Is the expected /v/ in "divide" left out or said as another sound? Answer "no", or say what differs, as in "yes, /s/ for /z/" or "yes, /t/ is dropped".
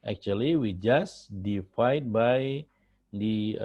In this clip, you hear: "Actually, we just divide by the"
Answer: yes, /f/ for /v/